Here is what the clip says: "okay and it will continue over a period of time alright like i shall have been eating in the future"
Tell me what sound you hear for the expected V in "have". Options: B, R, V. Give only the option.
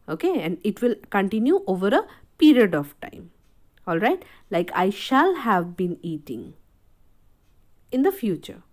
V